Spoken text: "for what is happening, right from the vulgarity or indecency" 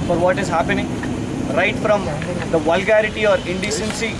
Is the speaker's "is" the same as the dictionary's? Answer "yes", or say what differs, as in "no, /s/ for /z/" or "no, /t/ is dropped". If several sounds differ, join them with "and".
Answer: yes